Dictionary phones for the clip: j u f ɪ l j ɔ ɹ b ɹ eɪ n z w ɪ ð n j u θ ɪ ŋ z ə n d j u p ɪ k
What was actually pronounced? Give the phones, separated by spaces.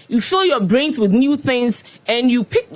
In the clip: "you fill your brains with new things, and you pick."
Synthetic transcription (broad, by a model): j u f ɪ l j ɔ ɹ b ɹ eɪ n z w ɪ ð n j u θ ɪ ŋ z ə n j u p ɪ k